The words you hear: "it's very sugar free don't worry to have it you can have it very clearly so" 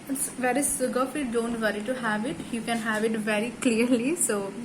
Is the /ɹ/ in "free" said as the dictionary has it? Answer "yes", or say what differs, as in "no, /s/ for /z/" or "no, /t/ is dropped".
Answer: no, /ɹ/ is dropped